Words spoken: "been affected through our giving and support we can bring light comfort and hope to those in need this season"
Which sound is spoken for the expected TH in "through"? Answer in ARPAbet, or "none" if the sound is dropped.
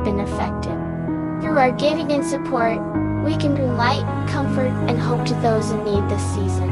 TH